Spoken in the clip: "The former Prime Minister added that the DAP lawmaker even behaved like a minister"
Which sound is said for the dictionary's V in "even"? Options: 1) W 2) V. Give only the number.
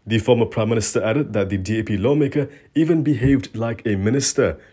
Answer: 2